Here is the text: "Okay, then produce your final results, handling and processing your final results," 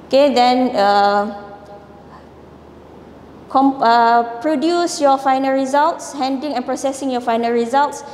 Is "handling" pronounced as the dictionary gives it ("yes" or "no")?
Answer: no